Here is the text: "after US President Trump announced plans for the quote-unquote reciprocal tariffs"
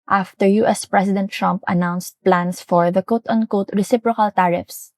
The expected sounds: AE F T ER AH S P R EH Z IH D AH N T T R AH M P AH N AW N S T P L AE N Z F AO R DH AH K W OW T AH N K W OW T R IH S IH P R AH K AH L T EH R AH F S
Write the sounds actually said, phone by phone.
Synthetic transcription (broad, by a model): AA F T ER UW S P R EH S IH D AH N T T R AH M P AH N AW N S T P L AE N S F AO R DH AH K OW T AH N K OW T R IH S IH P R AH K AH L T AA R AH F S